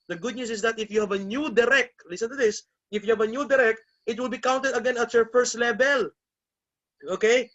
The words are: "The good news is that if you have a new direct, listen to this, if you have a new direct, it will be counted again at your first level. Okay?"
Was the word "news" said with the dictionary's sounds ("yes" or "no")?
no